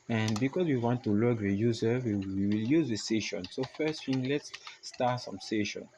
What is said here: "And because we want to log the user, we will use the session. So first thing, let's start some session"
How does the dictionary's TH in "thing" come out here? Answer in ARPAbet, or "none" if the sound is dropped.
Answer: F